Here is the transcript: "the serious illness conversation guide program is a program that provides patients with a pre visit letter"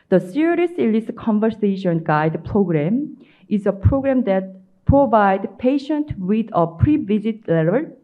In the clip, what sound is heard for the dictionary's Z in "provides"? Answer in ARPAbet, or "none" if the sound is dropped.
none